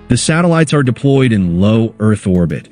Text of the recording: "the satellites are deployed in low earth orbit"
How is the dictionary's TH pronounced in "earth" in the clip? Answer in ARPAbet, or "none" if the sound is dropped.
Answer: TH